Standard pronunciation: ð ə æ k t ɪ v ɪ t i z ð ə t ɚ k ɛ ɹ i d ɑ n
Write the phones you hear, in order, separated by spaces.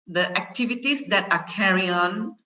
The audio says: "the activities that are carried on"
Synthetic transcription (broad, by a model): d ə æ k t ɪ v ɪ t i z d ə t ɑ k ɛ ɹ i ɑ n